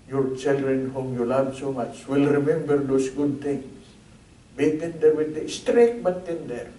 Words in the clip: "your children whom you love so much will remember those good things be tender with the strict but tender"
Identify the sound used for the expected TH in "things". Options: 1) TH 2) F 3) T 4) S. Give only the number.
3